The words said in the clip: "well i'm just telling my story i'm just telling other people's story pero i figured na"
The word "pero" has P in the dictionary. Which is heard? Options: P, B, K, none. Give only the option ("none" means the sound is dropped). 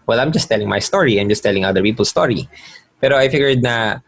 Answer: P